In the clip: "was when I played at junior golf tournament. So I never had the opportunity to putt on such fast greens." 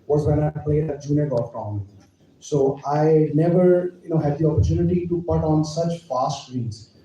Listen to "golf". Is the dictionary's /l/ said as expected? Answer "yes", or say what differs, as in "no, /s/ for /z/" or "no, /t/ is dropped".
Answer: no, /l/ is dropped